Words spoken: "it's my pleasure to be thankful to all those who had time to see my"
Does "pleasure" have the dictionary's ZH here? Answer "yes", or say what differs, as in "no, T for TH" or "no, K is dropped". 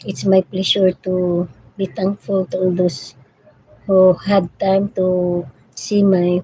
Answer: no, SH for ZH